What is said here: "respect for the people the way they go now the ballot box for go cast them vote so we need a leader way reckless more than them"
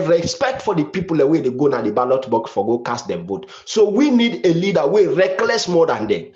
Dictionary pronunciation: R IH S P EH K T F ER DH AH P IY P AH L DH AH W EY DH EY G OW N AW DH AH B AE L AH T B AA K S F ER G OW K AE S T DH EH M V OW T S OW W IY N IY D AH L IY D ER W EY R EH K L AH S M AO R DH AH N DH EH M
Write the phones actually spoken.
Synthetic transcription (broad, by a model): R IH S P EH K T F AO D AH P IY P AH L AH W EY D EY G OW N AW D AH B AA L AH T B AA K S F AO G OW K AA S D EH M B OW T S OW W IY N IY D AH L IY D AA W EY R EH K L AH S M AO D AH N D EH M